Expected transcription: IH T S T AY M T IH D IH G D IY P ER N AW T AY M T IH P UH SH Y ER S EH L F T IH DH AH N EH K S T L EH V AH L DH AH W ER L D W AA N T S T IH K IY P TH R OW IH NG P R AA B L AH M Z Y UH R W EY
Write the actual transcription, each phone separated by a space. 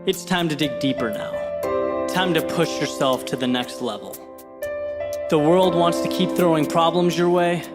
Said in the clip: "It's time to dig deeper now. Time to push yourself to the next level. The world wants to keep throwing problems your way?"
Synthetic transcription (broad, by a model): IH T S T AY M T IH D IH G D IY P ER N AW T AY M T IH P UH SH Y ER S EH L F T IH DH AH N EH K S T L EH V L DH AH W ER L D W AA N T S T IH K IY P TH R OW IH NG P R AA B L AH M Z Y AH R W EY